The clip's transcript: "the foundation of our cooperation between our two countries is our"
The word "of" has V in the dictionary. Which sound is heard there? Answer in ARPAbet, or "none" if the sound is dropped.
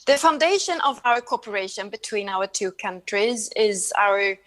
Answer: V